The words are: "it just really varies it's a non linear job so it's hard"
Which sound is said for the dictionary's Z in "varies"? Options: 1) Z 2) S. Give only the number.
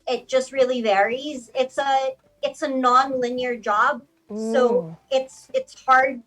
1